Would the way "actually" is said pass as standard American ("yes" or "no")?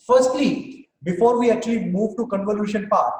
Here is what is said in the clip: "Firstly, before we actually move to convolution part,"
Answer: no